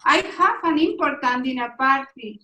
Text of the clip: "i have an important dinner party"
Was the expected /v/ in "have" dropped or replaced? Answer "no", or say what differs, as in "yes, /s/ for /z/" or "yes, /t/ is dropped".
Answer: yes, /f/ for /v/